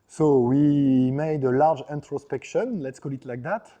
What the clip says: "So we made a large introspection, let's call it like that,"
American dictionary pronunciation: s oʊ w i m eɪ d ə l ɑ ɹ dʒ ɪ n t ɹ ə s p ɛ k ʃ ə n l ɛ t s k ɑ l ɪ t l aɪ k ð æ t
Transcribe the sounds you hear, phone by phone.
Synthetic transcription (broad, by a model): s oʊ w i m eɪ d ə l ɑ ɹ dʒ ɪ n t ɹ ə s p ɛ k ʃ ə n l ɛ t s k ɑ l ɪ t l aɪ k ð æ t